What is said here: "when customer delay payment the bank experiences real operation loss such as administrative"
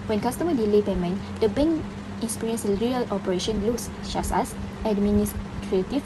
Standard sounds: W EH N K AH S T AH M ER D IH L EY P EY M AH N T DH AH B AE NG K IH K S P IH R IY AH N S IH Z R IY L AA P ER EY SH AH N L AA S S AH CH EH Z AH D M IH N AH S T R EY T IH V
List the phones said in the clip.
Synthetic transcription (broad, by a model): W EH N K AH S T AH M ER D IH L EY B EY M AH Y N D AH B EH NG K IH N S P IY R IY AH N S R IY L AA P ER EY SH AH N L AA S SH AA S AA S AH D M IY N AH S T R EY T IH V